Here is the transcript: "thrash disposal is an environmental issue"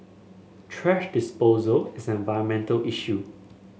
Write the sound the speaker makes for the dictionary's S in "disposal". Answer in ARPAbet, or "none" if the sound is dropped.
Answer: S